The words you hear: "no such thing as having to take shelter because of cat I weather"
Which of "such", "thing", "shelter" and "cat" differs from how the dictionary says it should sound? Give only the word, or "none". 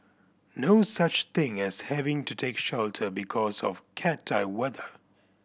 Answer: none